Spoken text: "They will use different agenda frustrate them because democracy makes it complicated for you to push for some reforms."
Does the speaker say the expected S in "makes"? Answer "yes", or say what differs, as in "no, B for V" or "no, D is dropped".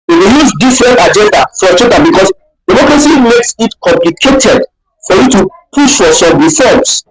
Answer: yes